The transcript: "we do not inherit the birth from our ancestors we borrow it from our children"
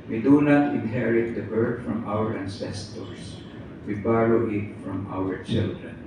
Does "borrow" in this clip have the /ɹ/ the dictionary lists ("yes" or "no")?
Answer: no